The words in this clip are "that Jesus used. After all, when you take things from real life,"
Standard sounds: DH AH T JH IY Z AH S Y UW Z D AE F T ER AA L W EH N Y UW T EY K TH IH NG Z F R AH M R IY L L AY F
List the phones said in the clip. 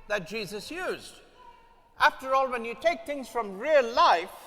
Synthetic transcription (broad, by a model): DH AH T JH IY Z AH S Y UW Z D AE F T ER AA L W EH N Y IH T EY K TH IH NG Z F R AH M R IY L L AY F